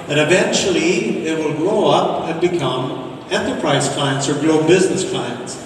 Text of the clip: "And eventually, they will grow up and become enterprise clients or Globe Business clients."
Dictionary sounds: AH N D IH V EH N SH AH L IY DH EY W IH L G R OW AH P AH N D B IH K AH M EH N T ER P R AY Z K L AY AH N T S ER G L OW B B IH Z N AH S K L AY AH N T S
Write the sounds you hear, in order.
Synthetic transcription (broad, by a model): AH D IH V EH N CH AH L IY DH EY W IH L G R OW AH P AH N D B IH K AH M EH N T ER P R AY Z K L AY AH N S ER G L OW B B IH Z N AH S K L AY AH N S